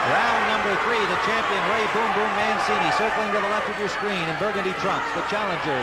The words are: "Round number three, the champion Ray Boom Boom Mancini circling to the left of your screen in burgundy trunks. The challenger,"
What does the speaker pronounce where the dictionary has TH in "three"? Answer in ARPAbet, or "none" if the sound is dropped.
TH